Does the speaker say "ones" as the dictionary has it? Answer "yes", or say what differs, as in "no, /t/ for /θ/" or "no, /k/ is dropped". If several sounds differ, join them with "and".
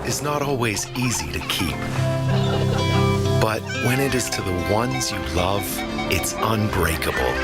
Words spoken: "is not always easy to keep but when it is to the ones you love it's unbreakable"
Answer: yes